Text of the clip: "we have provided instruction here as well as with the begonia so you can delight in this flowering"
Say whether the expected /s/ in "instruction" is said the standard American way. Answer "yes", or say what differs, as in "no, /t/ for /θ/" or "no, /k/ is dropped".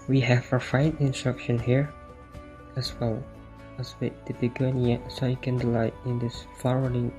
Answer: yes